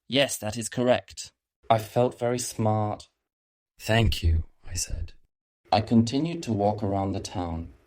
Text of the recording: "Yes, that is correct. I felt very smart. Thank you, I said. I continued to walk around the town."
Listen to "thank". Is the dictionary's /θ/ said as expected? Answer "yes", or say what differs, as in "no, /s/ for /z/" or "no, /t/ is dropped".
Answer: yes